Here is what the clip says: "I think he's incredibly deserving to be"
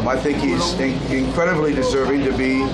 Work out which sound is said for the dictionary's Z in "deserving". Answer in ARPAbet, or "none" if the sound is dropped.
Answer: Z